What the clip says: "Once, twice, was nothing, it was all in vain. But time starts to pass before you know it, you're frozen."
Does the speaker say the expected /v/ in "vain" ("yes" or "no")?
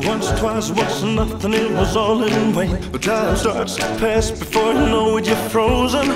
no